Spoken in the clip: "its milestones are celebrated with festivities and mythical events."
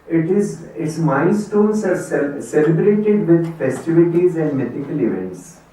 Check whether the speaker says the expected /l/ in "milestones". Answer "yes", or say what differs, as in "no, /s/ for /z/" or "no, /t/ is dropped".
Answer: no, /n/ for /l/